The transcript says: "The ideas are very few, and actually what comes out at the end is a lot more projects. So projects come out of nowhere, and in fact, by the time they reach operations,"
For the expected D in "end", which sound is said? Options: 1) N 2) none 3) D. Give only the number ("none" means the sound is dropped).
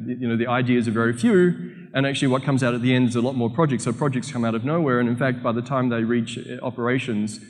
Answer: 3